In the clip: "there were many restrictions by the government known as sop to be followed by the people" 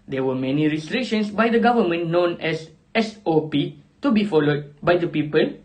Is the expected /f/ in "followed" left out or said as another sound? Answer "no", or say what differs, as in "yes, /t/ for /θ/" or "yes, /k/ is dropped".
no